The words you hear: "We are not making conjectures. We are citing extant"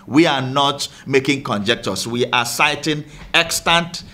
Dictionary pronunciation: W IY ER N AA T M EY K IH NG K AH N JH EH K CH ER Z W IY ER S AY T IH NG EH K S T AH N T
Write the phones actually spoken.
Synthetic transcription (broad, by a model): W IY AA N AA T M EY K IH NG K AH N JH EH K CH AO S W IY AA S AY T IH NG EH K S T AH N T